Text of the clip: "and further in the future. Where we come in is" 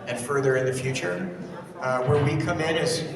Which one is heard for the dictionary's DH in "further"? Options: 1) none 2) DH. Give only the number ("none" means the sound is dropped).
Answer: 2